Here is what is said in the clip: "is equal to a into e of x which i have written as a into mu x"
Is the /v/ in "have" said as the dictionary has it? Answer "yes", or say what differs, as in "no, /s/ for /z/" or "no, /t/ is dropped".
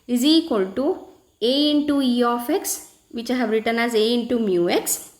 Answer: no, /b/ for /v/